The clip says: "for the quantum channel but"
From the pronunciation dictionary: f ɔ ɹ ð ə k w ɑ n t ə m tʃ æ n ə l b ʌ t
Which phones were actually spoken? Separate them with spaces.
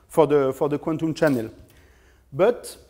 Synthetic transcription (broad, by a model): f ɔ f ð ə k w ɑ n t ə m tʃ æ n ə l b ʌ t